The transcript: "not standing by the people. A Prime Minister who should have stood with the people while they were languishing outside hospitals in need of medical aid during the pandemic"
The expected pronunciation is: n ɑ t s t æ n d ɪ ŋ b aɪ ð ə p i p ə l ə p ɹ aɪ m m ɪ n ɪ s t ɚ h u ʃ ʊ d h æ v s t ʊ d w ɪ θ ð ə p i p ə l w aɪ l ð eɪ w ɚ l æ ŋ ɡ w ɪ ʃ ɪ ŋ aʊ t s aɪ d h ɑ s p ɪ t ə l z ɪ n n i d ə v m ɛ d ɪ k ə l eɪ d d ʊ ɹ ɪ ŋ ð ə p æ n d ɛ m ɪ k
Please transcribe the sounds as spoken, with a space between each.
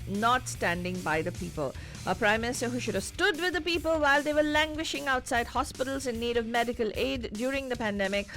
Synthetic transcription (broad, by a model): n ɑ t s t æ n d ɪ ŋ b aɪ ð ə p i p ə l ə p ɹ aɪ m m ɪ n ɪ s t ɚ h u ʃ ʊ d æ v s t ʊ d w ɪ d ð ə p i p ə l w aɪ l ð eɪ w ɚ l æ ŋ ɡ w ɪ ʃ ɪ ŋ aʊ t s aɪ d h ɑ s p ɪ t ə l z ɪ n n i d ə v m ɛ d ɪ k ə l eɪ d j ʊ ɹ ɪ ŋ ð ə p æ n d ɛ m ɪ k